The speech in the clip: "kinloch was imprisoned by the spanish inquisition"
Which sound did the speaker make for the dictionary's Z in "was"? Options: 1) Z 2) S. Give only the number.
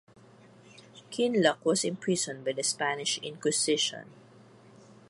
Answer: 2